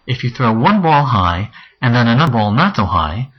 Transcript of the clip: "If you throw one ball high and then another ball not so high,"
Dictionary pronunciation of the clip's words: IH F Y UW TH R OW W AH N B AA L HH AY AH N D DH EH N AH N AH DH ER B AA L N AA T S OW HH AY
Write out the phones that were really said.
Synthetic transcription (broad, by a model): IH F Y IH TH R OW W AH N B AA L HH AY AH N DH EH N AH N AH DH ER B AA L N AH T S OW HH AY